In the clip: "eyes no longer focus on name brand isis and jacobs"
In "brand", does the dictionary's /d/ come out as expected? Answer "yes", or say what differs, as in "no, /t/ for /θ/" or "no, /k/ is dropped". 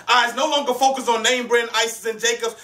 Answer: no, /d/ is dropped